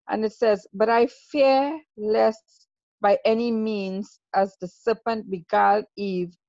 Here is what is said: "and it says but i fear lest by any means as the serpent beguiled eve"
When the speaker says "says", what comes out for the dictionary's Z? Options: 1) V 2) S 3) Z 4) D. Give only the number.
3